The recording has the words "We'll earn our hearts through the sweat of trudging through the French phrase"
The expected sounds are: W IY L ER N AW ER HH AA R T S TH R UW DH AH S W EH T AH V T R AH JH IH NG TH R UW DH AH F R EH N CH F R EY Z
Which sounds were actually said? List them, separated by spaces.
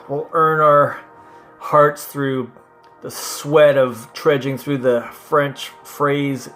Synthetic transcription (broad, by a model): W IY L ER N AW ER HH AA R T S TH R UW DH AH S W EH T AH V T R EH JH IH NG TH R UW DH AH F R EH N CH F R EY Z